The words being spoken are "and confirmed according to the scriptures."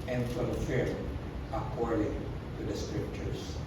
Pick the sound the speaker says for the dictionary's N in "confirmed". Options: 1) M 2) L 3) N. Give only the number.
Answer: 2